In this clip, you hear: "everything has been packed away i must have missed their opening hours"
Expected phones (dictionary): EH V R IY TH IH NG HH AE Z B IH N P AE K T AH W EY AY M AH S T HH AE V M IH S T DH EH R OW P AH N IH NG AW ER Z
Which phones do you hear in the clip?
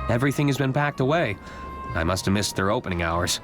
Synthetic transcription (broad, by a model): EH V R IY TH IH NG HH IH Z B IH N P AE K T AH W EY AY M AH S T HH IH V M IH S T DH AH R OW P AH N IH NG AW ER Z